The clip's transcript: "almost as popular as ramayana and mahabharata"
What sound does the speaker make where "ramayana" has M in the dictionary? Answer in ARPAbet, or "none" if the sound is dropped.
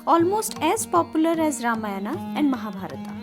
M